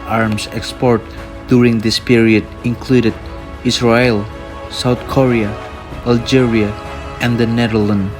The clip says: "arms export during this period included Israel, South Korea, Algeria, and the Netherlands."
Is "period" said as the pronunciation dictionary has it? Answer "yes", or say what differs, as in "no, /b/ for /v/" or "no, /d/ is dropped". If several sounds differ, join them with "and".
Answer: yes